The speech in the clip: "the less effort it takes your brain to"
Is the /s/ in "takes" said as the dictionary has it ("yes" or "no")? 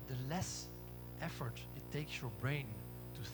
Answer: yes